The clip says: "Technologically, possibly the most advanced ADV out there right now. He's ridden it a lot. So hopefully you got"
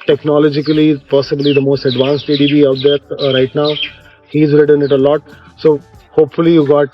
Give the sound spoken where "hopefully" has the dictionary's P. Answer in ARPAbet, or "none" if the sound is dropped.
P